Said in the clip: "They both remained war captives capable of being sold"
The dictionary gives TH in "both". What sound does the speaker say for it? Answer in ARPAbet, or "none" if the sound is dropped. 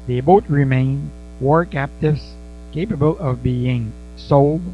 T